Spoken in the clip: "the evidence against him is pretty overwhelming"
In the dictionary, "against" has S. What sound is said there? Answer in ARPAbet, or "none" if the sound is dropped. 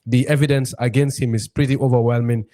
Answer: S